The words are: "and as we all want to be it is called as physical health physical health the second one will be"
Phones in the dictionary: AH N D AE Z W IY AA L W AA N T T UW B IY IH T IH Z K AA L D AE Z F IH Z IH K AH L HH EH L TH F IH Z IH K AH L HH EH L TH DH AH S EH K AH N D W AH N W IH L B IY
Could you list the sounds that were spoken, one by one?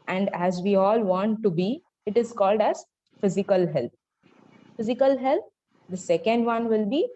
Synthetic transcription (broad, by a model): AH N D AE Z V IY AA L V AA N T T UW B IY IH T IH Z K AA L D AE Z F IH Z IH K AH L HH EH L T F IH Z IH K AH L HH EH L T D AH S EH K AH N D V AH N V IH L B IY